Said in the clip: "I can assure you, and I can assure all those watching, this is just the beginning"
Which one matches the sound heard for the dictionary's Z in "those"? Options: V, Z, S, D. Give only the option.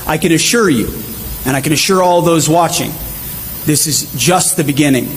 Z